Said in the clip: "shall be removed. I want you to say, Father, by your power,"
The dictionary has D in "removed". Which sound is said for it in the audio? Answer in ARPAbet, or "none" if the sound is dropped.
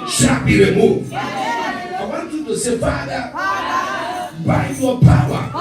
none